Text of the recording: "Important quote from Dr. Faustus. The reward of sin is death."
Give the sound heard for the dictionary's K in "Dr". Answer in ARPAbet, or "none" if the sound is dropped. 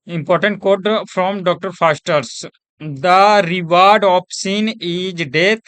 K